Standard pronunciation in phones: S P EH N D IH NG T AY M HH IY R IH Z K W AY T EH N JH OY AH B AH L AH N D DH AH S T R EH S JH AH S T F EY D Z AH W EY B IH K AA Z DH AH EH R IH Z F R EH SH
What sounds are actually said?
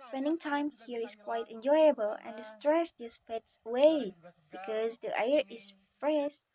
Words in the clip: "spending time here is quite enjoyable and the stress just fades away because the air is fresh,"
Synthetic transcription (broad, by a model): S P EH N D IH NG T AY M HH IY R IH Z K W AY T EH N JH OY AH B AH L AH N D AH S T R EH S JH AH S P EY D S AH W EY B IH K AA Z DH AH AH R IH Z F R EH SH